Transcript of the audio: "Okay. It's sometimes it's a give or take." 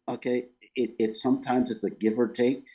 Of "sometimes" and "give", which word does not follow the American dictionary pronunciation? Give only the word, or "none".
none